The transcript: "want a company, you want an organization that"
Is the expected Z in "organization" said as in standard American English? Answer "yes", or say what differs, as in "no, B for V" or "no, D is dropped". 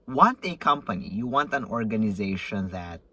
yes